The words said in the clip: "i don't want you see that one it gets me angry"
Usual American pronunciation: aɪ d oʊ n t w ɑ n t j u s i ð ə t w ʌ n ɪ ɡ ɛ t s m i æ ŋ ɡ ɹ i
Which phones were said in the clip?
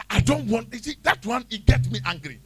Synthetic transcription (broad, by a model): aɪ d oʊ n t w ɑ n t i s i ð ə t w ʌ n ɪ ɡ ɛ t m i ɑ ŋ ɡ ɹ i